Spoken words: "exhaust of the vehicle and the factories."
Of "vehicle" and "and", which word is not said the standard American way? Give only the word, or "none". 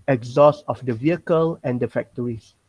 none